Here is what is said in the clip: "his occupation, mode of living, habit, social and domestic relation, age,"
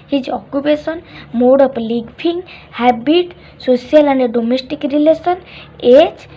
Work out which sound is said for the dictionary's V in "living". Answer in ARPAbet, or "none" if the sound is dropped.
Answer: P